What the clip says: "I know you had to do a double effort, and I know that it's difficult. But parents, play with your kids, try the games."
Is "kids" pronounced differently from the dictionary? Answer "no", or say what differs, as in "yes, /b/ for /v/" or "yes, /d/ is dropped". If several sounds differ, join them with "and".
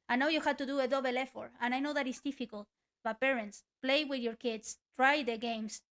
yes, /s/ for /z/